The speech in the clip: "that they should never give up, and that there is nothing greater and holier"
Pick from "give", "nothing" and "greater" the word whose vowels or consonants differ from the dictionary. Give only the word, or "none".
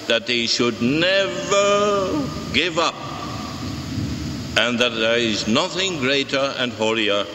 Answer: none